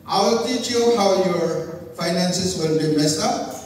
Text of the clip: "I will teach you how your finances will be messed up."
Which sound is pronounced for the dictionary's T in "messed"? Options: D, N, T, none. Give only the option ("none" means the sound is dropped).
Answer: none